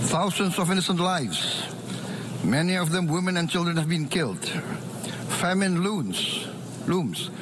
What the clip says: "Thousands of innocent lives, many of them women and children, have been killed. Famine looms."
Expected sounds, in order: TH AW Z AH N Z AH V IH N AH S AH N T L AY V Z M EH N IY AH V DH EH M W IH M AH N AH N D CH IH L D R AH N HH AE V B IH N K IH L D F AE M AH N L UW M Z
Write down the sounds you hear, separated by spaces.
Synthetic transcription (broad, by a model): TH AW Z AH N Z AH V IH N AH S AH N T L AY V Z M EH N IY AH V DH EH M W IH M AH N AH N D CH IH L D R AH N HH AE V B IH N K IH L D F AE M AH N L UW M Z